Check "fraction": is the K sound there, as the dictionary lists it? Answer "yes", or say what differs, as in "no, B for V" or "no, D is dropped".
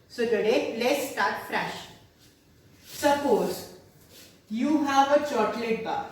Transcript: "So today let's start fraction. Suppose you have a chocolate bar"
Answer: no, K is dropped